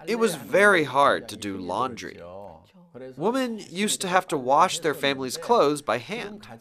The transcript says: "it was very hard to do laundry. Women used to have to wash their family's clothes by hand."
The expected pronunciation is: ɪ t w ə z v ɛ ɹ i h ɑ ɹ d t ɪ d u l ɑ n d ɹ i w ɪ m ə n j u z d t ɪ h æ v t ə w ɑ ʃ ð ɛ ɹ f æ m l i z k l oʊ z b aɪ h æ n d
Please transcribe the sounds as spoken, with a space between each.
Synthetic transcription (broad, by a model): ɪ t w ə z v ɛ ɹ i h ɑ ɹ d t ɪ d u l ɑ n d ɹ i w ɪ m ə n j u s t ɪ h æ f t ə w ɑ ʃ ð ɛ ɹ f æ m l i z k l oʊ z b aɪ h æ n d